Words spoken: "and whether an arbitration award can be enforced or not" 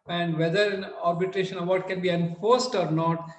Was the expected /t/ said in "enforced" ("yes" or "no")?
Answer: yes